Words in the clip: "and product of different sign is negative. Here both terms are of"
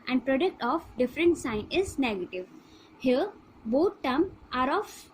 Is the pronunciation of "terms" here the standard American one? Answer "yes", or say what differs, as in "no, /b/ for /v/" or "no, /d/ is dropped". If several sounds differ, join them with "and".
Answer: no, /z/ is dropped